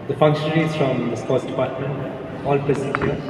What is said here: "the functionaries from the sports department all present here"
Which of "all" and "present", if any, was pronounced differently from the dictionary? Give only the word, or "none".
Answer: present